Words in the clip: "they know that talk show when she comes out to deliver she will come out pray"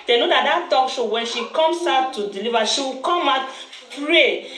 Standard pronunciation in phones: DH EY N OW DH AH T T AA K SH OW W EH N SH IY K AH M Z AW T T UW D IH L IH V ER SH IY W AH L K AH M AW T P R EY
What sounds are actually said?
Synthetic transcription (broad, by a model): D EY N OW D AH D T AA K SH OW W EH N SH IY K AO M S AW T T UW D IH L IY V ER SH IY W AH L K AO M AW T P R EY